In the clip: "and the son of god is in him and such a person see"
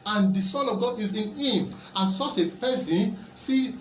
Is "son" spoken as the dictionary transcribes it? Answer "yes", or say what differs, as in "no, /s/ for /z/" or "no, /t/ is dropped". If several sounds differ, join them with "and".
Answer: no, /l/ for /n/